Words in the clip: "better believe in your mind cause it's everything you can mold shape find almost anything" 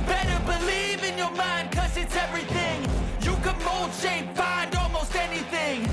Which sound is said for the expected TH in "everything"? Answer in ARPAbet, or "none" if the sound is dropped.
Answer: TH